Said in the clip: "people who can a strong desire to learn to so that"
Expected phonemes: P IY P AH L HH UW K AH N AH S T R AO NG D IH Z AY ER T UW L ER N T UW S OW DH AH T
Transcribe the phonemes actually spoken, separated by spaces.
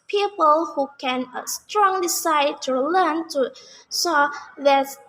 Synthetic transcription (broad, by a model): P IY P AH L HH UW K AH N AH S T R AO NG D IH S AY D T UW L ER N T UW S OW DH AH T